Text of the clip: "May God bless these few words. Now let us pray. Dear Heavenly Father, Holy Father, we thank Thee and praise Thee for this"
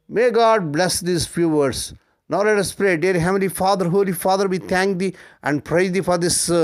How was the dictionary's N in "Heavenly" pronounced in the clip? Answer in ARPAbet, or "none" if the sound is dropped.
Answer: none